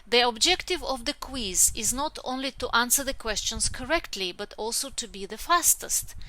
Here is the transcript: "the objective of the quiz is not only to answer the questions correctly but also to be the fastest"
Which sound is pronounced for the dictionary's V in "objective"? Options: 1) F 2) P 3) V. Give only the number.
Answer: 3